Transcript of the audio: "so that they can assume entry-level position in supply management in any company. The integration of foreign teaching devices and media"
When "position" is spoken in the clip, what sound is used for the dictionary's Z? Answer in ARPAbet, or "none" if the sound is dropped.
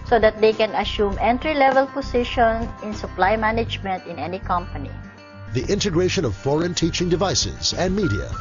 S